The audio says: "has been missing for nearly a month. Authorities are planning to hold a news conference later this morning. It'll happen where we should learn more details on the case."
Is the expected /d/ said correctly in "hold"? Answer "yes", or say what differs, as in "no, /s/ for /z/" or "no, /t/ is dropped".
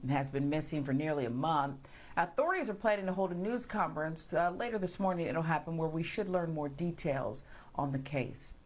yes